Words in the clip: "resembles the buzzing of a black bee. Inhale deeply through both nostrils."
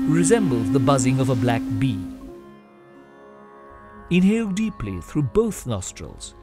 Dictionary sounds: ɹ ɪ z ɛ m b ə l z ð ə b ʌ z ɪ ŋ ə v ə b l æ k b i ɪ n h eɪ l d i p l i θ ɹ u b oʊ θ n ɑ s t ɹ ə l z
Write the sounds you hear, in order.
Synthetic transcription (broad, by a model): ɹ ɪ z ɛ m b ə l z ð ə b ʌ z ɪ ŋ ə v ə b l æ k b i ɪ n h eɪ l d i p l i θ ɹ u b oʊ θ n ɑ s t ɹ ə l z